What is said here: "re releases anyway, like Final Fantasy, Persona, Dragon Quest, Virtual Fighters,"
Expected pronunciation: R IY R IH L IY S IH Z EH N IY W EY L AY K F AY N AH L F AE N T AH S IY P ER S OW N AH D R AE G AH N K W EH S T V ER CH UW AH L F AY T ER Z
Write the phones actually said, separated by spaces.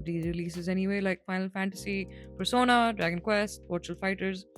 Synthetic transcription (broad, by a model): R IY R IH L IY S IH Z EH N IY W EY L AY K F AY N AH L F AE N T AH S IY P ER S OW N AH D R AE G AH N K W EH S T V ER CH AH L F AY T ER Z